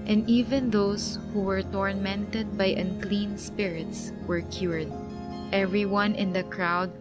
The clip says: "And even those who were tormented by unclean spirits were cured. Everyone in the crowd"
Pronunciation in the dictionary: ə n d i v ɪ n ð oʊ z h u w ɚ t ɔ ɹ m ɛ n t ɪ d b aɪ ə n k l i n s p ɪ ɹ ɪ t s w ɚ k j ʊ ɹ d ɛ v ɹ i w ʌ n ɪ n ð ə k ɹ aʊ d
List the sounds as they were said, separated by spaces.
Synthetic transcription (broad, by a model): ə n d i v ɪ n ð oʊ s h u w ɚ t ɔ ɹ m ɛ n t ɪ d b aɪ ə n k l i n s p ɪ ɹ ɪ t s w ɚ k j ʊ ɹ d ɛ v ɹ i w ʌ n ɪ n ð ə k ɹ aʊ d